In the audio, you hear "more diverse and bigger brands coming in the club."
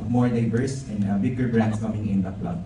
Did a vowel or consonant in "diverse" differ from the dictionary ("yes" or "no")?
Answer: yes